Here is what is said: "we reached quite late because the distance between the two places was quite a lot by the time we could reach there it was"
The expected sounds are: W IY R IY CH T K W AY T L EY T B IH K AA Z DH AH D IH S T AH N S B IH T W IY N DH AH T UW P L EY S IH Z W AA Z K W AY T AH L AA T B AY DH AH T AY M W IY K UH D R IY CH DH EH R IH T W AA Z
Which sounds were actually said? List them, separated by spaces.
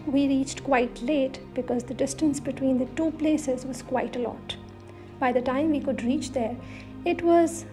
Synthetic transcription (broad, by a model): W IY R IY CH T K W AY T L EY T B IH K AA Z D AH D IH S T AH N S B IH T W IY N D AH T UW P L EY S IH Z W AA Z K W AY T AH L AA T B AY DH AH T AY M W IY K UH D R IY CH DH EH R IH T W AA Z